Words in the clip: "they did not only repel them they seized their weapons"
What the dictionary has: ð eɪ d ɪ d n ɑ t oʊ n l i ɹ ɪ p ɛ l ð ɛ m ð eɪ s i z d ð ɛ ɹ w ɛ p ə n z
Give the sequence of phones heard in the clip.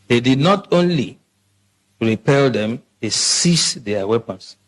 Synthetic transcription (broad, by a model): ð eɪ d ɪ d n ɑ t oʊ n l i ɹ ɪ p ɛ l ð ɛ m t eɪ s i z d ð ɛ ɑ w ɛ p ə n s